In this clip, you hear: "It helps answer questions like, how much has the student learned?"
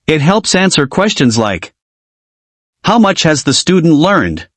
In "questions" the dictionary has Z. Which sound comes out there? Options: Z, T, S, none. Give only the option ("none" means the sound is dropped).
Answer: Z